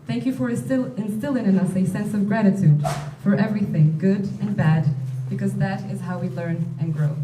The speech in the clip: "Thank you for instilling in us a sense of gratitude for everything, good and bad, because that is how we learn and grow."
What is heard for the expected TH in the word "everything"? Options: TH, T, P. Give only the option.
TH